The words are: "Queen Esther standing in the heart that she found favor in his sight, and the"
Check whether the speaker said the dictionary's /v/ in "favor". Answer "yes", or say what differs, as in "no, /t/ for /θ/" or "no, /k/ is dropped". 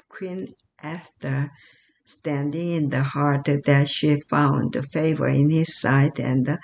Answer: yes